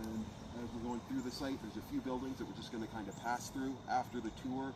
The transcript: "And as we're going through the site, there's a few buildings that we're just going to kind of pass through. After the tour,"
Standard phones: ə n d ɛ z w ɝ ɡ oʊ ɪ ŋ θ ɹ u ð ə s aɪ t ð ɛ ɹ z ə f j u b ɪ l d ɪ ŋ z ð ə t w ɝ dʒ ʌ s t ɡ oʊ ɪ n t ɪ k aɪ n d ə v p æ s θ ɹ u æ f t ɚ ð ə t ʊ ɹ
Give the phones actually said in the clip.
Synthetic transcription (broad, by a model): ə n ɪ z w ɝ ɡ oʊ ɪ ŋ θ ɹ u ð ə s aɪ t ð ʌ ɹ z ə f j u b ɪ l d ɪ ŋ z ð ə t w ɝ dʒ ʌ s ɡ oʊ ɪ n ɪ k aɪ n d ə p æ s θ ɹ u æ f t ɚ ð ə t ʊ ɹ